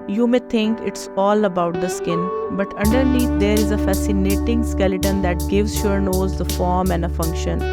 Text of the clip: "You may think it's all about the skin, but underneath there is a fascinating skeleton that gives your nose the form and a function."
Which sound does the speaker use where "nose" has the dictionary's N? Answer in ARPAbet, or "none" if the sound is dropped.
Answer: N